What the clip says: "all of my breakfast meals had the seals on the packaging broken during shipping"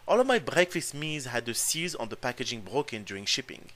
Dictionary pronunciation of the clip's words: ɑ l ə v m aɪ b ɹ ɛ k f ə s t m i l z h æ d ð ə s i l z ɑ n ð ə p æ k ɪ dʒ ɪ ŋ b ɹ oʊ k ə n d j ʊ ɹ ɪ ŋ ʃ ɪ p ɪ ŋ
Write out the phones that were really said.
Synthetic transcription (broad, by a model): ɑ l ə v m aɪ b ɹ ɛ k f ə s t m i z h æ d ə s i z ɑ n ð ə p æ k ɪ dʒ ɪ ŋ b ɹ oʊ k ə n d j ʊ ɹ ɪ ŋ ʃ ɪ p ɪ ŋ